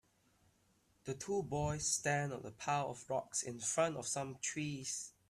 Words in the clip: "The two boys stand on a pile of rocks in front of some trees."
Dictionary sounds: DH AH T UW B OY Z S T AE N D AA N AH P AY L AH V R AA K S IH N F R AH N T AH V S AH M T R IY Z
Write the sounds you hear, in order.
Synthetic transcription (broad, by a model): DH AH T UW B OY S T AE N D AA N AH P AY W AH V R AA K S IH N F R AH N T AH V S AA M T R IY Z